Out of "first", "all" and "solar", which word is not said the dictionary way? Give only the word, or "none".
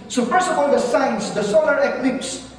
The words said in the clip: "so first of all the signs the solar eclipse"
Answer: first